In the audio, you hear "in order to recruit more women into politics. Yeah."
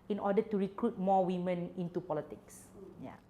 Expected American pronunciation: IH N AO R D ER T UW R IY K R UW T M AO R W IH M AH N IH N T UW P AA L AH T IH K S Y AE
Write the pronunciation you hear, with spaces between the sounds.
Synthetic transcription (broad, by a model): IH N AO D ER T UW R IY K R UW T M AO W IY M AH N IH N T UW P AA L AH T IH K S Y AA